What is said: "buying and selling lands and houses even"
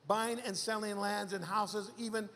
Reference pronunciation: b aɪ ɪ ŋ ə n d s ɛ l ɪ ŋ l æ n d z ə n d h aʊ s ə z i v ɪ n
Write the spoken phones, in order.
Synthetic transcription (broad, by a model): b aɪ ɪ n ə n s ɛ l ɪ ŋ l æ n d z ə n h aʊ s ə z i v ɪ n